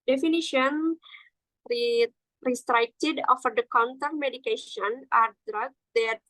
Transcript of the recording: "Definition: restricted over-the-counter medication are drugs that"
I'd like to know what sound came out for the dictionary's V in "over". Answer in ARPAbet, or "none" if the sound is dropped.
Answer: F